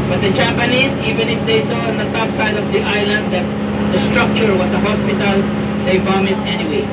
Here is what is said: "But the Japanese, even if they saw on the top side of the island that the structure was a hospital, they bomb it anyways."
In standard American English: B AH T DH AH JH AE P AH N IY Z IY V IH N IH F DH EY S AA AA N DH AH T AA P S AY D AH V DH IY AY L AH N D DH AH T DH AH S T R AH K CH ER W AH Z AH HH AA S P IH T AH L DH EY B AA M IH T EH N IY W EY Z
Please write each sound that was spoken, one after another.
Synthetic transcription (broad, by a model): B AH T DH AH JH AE P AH N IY S IY V IH N IH F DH EY S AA AA N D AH T AA P S AY D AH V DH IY AY L AH N D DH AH T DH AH S T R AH K CH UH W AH S AH HH AA S P IH T AH L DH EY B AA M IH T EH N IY W EY